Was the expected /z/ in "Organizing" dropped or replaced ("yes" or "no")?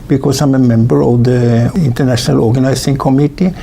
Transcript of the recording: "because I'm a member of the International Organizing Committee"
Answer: yes